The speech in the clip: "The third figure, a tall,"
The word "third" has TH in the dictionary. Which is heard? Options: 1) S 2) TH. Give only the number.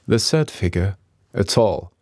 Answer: 1